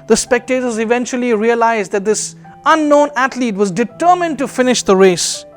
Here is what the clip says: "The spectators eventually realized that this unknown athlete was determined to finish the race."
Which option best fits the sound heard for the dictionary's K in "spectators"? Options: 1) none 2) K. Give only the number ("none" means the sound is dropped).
2